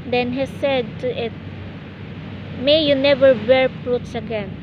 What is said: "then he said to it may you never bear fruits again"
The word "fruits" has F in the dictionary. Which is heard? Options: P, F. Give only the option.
P